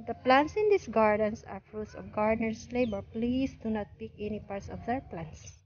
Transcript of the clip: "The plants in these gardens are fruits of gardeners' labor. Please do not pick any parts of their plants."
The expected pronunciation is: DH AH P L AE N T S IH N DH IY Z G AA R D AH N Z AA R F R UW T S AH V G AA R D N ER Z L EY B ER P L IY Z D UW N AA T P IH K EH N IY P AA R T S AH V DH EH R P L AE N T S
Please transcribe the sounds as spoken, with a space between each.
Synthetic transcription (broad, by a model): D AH P L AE N T S IH N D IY S G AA R D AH N S AA R F R UW T S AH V G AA R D N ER S L EY B ER P L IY S D UW N AA T P IH K EH N IY P AA R T S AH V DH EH R P L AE N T S